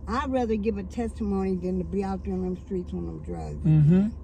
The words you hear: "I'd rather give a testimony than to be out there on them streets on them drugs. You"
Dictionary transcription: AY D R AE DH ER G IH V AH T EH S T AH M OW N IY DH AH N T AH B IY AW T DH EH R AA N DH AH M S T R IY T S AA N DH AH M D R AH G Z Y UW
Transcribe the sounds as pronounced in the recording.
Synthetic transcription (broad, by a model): AY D R AE DH ER G IH V AH T EH S T AH M OW N IY DH AH N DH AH B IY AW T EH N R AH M S T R IY T S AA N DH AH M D R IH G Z